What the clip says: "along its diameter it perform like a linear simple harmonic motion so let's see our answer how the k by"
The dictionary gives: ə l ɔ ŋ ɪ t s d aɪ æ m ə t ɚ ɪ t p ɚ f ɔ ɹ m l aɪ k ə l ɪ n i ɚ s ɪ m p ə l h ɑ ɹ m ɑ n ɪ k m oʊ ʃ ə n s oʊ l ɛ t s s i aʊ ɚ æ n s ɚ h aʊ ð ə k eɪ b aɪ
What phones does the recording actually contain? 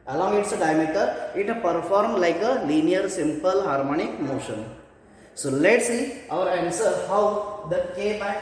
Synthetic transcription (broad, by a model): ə l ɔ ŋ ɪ t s d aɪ m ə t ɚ ɪ t p ɚ f ɔ ɹ m l aɪ k ə l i n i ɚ s ɪ m p ə l h ɑ ɹ m ɑ n ɪ k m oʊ ʃ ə n s oʊ l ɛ t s s i aʊ ɚ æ n s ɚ h aʊ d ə k eɪ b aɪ